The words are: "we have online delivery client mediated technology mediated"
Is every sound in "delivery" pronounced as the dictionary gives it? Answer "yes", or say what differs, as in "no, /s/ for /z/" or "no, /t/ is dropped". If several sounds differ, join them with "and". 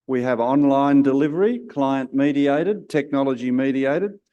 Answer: yes